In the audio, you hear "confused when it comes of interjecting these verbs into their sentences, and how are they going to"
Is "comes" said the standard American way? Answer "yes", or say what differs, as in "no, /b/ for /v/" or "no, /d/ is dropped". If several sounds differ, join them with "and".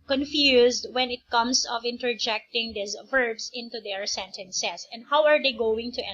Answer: no, /s/ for /z/